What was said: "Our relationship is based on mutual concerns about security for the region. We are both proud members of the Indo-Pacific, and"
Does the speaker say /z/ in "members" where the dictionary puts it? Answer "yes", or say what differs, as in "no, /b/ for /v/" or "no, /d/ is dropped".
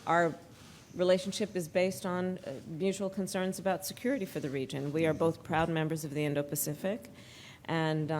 yes